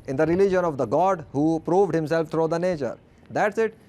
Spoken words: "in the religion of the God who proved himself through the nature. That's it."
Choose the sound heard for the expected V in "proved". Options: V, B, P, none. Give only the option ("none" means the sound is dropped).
V